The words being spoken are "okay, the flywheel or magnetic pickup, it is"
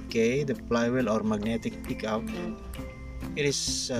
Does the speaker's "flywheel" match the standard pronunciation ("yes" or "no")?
no